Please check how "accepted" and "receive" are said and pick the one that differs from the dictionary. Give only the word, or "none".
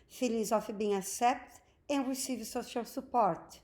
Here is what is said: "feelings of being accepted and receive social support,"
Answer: accepted